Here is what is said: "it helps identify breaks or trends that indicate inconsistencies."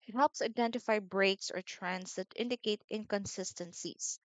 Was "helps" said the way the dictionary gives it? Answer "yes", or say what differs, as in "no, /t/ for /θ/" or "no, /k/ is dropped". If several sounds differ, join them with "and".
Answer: yes